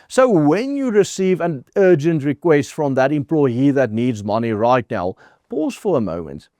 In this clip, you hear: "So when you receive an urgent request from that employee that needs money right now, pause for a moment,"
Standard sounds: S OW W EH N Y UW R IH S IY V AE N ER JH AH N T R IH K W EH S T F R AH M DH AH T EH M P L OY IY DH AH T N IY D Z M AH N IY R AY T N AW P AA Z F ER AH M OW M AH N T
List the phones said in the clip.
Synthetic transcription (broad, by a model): S OW W EH N Y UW R IH S IY V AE N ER JH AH N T R IH K W EH S T F R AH M DH AH T EH M P L OY IY DH AH T N IY D Z M AH N IY R AY T N AW P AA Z F ER AH M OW M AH N T